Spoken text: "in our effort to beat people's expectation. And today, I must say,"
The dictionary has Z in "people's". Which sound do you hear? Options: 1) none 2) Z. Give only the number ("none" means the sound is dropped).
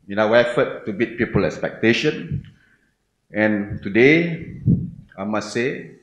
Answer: 1